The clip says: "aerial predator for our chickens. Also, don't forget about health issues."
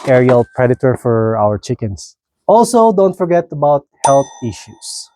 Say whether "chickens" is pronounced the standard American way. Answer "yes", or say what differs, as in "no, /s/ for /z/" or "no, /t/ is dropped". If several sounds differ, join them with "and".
no, /s/ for /z/